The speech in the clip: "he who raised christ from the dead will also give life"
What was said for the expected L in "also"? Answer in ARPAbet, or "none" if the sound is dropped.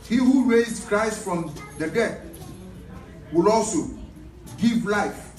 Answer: L